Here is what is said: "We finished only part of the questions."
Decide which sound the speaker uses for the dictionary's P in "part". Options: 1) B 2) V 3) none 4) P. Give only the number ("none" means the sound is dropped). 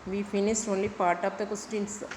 4